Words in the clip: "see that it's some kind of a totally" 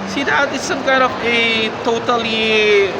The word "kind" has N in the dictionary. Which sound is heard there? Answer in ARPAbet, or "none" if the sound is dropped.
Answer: none